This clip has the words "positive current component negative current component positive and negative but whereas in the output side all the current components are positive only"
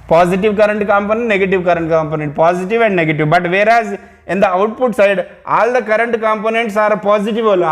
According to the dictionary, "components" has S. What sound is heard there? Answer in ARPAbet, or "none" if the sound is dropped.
S